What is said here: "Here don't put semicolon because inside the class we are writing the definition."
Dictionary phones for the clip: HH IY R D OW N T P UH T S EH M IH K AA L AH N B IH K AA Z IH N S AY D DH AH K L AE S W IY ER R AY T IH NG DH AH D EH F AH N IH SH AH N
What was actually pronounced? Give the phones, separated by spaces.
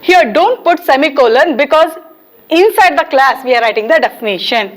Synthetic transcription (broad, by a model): HH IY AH D OW N T P UH T S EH M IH K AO L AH N B IH K AA Z IH N S AY D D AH K L AE S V IY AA R AY T IH NG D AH D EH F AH N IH SH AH N